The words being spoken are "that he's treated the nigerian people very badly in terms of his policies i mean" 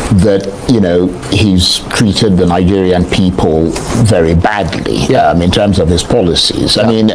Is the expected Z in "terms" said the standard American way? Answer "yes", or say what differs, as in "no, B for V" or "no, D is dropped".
yes